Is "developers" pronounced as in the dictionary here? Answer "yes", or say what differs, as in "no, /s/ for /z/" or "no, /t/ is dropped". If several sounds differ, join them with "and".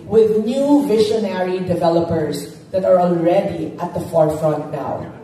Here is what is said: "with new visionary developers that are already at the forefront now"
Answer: yes